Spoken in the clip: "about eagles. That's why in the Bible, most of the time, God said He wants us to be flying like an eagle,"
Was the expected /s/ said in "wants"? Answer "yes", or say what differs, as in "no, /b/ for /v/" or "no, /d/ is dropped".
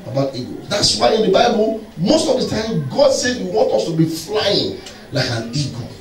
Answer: no, /s/ is dropped